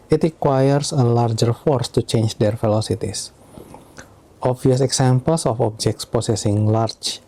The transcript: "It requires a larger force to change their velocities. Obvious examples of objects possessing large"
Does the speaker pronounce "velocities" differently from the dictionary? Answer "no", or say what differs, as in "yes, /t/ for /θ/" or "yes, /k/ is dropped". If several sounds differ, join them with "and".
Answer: yes, /f/ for /v/